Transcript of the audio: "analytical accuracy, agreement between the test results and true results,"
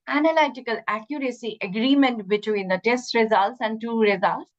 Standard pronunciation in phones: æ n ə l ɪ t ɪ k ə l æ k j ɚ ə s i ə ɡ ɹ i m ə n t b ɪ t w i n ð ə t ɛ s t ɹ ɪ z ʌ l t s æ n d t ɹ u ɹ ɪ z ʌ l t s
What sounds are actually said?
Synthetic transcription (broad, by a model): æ n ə l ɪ t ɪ k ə l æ k j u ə s i ə ɡ ɹ i m ə n t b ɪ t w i n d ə t ɛ s t ɹ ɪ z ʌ l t s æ n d t u ɹ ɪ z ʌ l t s